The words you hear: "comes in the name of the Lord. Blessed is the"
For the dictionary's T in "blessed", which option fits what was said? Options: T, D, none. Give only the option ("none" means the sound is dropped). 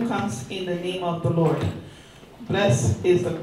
none